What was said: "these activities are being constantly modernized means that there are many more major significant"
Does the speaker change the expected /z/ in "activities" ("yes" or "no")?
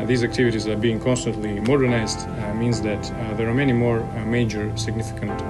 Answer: no